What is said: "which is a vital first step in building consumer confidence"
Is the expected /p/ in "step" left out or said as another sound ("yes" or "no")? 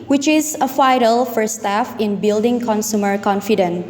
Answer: yes